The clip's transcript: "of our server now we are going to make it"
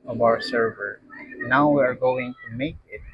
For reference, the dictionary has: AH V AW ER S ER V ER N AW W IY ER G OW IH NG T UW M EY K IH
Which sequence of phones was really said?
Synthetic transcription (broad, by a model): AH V AW ER S ER V ER N AW W IY ER G OW IH NG T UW M EY K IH